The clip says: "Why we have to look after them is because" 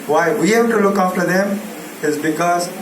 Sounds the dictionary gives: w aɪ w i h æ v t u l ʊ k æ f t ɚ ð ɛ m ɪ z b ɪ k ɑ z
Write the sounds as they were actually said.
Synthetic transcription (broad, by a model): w aɪ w i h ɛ b t u l ʊ k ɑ f t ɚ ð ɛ m ɪ z b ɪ k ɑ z